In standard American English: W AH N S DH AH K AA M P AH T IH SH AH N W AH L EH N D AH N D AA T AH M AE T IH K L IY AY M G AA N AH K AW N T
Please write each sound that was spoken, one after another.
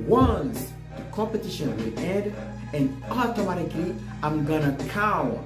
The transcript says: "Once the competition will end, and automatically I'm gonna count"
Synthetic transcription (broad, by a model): W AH N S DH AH K AA M P AH T IH SH AH N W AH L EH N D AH N AA T AH M AE T IH K L IY AY M G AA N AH K AW